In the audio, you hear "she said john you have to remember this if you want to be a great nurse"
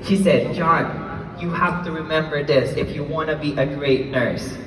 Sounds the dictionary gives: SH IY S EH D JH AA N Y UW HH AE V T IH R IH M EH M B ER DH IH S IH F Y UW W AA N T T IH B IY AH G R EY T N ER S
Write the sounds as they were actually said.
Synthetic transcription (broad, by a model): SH IY S EH D JH AA N Y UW HH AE F T IH R IH M EH M B ER DH IH S IH F Y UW W AA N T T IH B IY AH G R EY T N ER S